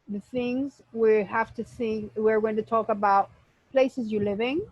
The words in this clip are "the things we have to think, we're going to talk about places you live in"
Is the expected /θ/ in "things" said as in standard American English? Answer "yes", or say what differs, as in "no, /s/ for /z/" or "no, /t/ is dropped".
yes